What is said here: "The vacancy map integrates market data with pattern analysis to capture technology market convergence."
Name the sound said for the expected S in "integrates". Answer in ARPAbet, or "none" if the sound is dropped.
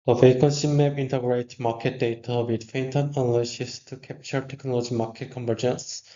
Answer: none